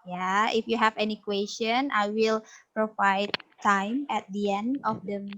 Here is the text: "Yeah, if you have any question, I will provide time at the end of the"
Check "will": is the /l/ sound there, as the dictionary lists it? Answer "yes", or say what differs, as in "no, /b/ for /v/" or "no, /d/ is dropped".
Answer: yes